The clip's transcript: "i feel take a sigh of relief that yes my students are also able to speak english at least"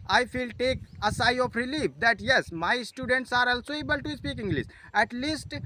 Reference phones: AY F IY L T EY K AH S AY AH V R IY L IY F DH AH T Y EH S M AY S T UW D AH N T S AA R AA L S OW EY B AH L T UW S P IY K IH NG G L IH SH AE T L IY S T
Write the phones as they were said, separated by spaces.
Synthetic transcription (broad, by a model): AY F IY L T EY K AH S AY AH P R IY L IY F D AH T Y EH S M AY S T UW D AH N T S AA R AA L S OW EY B AH L T UW S P IY K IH NG G L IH S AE T L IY S T